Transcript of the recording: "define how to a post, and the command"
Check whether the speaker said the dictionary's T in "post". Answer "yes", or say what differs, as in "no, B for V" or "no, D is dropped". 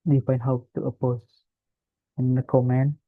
no, T is dropped